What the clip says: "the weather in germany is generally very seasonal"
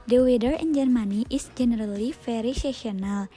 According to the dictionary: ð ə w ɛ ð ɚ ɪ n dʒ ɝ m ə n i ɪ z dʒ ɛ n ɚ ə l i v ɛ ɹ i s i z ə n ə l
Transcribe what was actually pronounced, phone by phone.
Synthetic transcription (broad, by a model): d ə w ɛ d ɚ ɪ n dʒ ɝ m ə n i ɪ s dʒ ɛ n ɚ ə l i f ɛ ɹ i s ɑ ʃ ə n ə l